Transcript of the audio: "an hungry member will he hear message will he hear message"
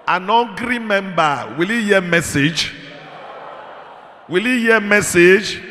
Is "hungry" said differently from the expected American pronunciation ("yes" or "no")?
yes